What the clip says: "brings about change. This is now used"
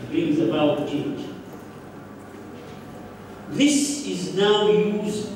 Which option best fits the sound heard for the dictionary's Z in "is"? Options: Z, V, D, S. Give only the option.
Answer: Z